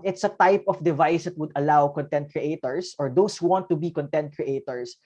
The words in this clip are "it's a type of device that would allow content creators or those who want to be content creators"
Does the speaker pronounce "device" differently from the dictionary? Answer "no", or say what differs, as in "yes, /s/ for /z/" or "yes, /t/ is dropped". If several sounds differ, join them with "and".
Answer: no